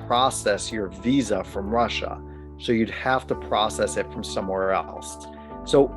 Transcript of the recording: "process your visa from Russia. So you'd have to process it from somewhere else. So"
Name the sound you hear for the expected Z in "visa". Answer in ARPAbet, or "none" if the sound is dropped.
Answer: Z